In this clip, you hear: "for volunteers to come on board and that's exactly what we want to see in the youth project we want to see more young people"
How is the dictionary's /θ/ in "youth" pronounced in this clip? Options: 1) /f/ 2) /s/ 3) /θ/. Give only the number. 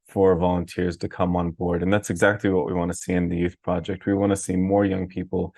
3